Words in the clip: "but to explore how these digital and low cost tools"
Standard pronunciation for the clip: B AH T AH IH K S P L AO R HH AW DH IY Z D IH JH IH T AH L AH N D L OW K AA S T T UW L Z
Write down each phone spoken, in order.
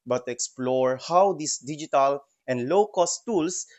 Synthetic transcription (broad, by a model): B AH T AH K S P L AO R HH AW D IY S D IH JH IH T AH L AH N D L OW K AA S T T UW L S